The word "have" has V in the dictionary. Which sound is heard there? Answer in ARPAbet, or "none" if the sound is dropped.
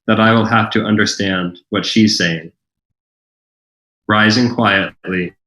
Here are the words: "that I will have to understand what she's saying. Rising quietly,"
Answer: F